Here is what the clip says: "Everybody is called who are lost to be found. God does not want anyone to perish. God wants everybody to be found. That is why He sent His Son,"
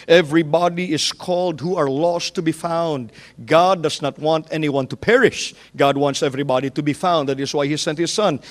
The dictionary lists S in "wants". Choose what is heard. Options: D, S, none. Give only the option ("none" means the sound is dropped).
S